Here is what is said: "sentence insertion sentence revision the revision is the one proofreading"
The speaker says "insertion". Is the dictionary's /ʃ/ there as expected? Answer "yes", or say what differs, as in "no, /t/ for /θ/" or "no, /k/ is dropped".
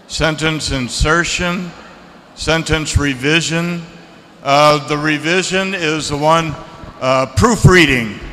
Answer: yes